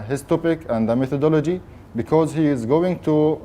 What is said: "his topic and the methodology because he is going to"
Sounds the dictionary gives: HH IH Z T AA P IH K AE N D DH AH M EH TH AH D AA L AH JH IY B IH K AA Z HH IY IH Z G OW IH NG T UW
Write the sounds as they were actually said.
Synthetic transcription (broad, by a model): HH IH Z T AA P IH K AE N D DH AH M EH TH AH D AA L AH JH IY B IH K AA Z HH IY IH Z G OW IH NG T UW